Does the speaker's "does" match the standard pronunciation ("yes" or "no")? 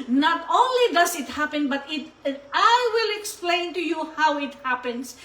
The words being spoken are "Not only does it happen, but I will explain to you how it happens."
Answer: no